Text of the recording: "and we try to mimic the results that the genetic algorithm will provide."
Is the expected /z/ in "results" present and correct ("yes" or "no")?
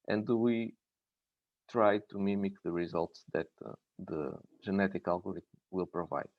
yes